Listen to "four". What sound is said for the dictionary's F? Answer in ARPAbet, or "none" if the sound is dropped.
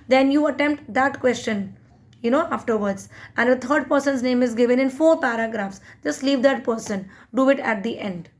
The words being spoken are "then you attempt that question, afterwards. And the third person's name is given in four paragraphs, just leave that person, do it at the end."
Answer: F